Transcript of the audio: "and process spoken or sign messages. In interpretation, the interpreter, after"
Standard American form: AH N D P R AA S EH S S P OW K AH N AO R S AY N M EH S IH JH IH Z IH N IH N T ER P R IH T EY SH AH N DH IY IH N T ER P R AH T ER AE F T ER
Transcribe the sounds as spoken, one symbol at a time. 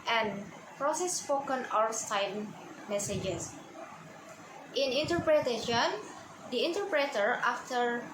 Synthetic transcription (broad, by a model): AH N P R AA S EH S S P OW K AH N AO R S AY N M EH S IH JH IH S IH N IH N T ER P R IH T EY SH AH N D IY IH N T ER P R AH T ER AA F T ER